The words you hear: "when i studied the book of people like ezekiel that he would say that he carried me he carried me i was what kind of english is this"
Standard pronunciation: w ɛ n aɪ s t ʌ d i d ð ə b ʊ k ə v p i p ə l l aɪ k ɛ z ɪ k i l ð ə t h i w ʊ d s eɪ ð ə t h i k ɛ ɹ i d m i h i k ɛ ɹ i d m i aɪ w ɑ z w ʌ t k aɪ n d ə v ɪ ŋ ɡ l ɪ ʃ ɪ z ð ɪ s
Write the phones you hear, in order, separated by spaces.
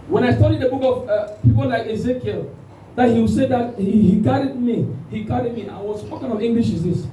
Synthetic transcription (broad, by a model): w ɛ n aɪ s t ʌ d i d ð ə b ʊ k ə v p i p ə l l aɪ k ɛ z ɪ k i l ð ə t h i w s eɪ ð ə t h i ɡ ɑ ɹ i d m i h i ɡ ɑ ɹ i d m i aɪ w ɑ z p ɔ k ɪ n ə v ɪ ŋ ɡ l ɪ ʃ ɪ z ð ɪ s